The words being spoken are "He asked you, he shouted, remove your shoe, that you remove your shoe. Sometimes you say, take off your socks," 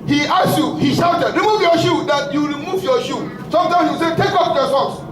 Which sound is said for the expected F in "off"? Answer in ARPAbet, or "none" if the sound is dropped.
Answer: P